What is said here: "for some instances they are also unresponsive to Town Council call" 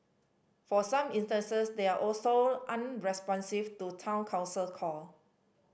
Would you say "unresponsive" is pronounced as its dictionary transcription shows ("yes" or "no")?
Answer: no